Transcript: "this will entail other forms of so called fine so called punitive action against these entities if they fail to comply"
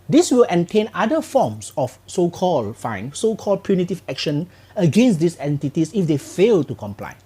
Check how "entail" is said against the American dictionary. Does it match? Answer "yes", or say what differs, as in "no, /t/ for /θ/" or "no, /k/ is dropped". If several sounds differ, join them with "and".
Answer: no, /n/ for /l/